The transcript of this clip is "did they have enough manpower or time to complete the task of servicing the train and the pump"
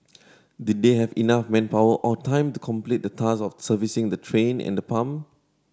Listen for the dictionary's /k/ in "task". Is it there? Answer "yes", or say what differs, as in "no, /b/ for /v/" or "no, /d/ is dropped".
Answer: no, /k/ is dropped